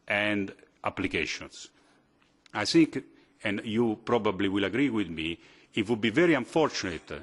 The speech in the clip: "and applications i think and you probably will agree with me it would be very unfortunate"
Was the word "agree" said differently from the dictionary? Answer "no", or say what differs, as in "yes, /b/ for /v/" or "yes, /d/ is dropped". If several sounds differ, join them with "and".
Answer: no